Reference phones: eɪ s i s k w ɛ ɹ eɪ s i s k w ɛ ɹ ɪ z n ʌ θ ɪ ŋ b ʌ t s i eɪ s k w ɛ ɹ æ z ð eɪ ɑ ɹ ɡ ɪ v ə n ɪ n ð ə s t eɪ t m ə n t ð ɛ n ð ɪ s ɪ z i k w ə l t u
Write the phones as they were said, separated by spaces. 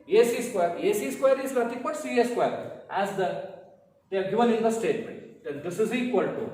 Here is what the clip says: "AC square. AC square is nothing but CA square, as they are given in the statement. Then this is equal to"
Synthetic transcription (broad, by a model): eɪ s i s k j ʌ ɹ eɪ s i s k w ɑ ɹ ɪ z l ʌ t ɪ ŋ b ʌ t s i eɪ s k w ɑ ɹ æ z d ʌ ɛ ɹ ɡ ɪ v ə n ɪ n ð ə s t eɪ t m ə n t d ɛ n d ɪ s ɪ z i k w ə l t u